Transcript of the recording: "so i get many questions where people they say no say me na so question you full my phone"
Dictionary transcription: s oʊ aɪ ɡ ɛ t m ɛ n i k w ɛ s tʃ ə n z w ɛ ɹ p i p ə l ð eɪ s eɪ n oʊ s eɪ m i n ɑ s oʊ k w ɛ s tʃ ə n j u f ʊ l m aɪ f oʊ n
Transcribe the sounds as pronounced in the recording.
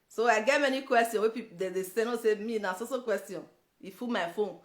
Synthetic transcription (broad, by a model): s oʊ aɪ ɡ ɛ t m ɛ n i k w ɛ s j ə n w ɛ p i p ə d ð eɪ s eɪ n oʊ s eɪ m i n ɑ s oʊ k w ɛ s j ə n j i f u m aɪ f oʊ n